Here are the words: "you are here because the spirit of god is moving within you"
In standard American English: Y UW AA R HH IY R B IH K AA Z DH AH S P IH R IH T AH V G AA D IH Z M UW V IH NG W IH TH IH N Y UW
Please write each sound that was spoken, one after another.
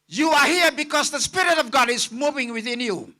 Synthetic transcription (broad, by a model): Y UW AA R HH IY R B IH K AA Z DH AH S P IH R IH T AH V G AA D IH Z M UW V IH NG W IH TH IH N Y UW